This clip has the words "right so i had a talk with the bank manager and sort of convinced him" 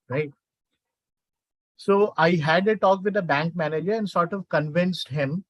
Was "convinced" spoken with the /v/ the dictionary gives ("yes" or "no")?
yes